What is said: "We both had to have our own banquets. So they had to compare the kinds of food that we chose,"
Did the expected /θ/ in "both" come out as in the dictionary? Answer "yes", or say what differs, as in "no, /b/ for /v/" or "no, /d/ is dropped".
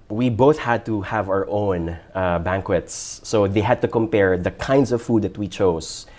yes